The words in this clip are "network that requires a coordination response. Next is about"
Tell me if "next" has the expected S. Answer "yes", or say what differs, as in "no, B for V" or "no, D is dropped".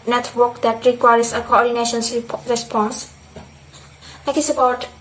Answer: no, S is dropped